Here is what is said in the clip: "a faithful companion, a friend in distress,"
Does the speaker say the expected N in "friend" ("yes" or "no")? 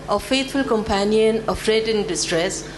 no